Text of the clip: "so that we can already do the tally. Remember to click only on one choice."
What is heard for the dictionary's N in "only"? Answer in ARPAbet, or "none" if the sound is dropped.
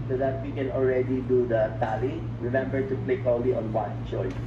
none